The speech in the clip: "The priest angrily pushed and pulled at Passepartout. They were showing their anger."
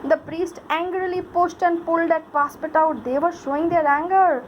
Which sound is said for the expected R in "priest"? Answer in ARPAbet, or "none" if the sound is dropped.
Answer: R